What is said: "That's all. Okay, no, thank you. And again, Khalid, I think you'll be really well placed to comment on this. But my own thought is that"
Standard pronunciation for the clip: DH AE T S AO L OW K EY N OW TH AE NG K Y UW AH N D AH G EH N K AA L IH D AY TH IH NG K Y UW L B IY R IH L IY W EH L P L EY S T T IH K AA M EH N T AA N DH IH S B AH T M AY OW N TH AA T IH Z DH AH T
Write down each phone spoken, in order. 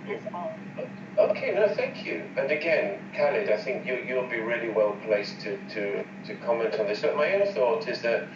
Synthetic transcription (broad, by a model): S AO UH K EY N OW TH AE NG K Y UW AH N AH G EH N K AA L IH D AY TH IH NG K Y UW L B IY R IH L IY W EH L P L EY S T T IH K AA M EH N T N DH IH S B AH T M AY OW N TH AA T IH Z DH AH T